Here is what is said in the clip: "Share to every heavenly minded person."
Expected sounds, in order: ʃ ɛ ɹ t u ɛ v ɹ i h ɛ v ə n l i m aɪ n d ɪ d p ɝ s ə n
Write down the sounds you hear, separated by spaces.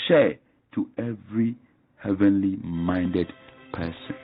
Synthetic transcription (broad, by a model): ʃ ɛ t u ɛ v ɹ i h ɛ v ə n l i m aɪ n d ɪ d p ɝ s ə n